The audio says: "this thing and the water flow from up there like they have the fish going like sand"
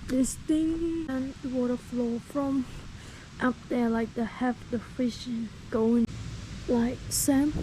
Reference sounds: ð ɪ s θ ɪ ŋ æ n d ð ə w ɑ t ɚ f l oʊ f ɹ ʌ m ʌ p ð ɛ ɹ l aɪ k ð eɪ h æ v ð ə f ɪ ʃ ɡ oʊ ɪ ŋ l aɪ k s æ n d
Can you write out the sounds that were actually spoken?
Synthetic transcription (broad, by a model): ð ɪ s t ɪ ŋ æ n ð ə w ɑ t ɚ f l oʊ f ɹ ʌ m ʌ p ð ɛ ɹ l aɪ k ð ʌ h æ f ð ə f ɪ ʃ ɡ oʊ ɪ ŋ l aɪ k s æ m